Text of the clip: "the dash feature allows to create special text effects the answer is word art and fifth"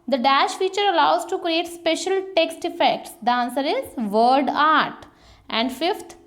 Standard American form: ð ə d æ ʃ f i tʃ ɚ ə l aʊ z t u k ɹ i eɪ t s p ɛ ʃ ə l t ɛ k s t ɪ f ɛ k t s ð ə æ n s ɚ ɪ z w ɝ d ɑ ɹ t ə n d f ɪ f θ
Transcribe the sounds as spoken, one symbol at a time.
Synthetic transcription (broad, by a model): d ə d æ ʃ f i tʃ ɚ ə l aʊ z t u k ɹ i eɪ t s p ɛ ʃ ə l t ɛ k s t ɪ f ɛ k t s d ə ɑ n s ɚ ɪ z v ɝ d ɑ ɹ t ə n d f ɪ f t